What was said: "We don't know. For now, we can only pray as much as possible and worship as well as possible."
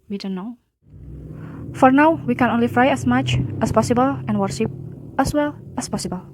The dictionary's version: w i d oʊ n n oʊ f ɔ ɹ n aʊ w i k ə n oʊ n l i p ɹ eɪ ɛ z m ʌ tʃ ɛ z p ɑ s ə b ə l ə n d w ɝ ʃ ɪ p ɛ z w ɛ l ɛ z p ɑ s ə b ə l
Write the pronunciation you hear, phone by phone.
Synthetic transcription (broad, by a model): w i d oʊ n n oʊ f ɔ ɹ n aʊ w i k ə n oʊ n l i f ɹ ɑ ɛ s m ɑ tʃ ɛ s p ɑ s ə b ə l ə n w ɝ ʃ ɪ p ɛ s w ɛ l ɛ s p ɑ s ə b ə l